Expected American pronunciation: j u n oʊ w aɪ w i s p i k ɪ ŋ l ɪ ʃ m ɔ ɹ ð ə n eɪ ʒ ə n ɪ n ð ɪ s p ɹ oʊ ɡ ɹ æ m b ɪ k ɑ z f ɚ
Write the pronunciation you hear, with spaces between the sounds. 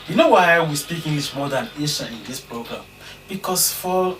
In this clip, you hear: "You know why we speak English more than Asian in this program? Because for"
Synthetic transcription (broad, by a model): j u n oʊ w aɪ w i s p i k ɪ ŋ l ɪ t m ɔ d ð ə n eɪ ʃ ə ɪ n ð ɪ s p ɹ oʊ ɡ ɹ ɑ m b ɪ k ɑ s f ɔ